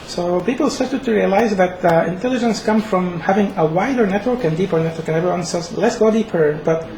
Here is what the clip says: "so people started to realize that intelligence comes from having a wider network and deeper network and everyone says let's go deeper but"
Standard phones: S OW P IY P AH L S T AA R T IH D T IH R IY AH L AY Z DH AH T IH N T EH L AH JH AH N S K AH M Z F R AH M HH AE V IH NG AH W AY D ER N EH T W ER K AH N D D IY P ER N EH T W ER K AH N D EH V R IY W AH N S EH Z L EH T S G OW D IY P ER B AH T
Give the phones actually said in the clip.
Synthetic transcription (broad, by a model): S OW P IY P L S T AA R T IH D T IH R IY AH L AY Z DH AH T IH N T EH L AH JH AH N S K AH M F R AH M HH AE V IH NG AH W AY D ER N EH T W ER K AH N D D IY P ER N EH T W ER K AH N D EH V R IY W AH N S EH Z L EH T S G OW D IY P ER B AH T